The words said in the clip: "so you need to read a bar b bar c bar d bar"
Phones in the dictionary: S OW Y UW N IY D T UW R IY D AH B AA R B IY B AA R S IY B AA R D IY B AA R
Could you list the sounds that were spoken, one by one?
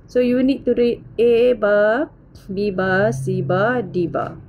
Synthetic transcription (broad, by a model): S OW Y UW N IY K T UW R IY AH B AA B IY B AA S IY B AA D IY B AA